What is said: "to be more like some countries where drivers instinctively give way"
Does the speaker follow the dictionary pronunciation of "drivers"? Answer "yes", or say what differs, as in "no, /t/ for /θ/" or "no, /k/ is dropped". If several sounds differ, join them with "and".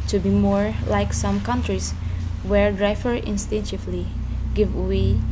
no, /z/ is dropped